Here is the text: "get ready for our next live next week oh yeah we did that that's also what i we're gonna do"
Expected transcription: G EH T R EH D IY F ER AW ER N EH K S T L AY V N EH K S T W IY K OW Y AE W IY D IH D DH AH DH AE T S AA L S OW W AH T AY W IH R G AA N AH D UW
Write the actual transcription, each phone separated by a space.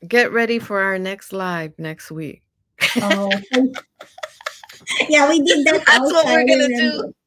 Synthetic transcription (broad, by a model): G EH T R EH D IY F ER AW ER N EH K S T L AY V N EH K S T W IY K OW Y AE W IY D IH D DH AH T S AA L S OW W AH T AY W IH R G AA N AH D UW